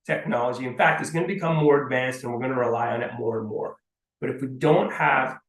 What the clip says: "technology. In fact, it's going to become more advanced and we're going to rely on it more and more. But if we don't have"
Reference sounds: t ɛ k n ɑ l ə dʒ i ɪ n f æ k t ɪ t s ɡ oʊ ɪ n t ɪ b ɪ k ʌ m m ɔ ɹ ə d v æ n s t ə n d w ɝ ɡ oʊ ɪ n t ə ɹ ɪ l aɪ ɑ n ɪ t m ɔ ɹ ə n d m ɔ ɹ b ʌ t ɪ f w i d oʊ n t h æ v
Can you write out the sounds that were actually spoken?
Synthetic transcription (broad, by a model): t ɛ k n ɑ l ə dʒ i ɪ n f æ k t ɪ t s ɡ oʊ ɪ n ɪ b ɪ k ʌ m m ɔ ɹ ə d v æ n s t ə n w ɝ ɡ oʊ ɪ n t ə ɹ ɪ l aɪ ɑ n ɪ t m ɔ ɹ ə n m ɔ ɹ b ʌ t ɪ f w i d oʊ n t h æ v